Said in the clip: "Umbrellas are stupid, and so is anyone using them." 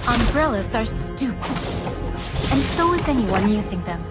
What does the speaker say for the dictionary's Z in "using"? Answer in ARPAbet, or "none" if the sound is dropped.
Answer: Z